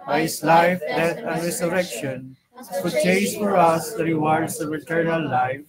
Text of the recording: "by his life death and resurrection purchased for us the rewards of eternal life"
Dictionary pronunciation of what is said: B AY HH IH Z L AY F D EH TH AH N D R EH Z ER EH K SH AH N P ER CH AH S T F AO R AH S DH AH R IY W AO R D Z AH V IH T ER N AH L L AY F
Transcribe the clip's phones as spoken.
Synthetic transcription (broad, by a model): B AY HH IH S L AY F D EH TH AH N D R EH S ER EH K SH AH N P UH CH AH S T F AO R AH S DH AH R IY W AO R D S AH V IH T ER N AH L L AY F